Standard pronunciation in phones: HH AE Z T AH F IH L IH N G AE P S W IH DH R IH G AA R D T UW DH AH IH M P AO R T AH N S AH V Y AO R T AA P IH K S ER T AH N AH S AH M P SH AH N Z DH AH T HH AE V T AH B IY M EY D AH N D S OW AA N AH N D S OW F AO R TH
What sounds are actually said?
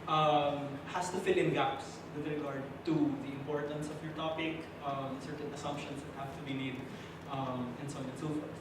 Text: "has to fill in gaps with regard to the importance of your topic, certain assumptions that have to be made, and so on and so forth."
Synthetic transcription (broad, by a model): HH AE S T AH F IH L IH N G AE P S W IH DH R IH G AA R D T UW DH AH IH M P AO R T AH N S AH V Y AO R T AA P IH K S ER T AH N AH S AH M P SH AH N S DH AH T HH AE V T AH B IY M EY D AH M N S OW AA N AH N S OW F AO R